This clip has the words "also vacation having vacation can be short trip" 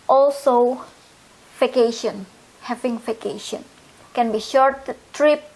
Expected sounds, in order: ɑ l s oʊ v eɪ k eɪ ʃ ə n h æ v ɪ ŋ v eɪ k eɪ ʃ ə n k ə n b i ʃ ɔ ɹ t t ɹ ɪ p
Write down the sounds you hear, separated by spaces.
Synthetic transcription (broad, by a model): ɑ l s oʊ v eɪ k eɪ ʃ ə n h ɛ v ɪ ŋ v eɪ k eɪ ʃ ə n k ə n b i ʃ ɔ ɹ t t ɹ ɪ p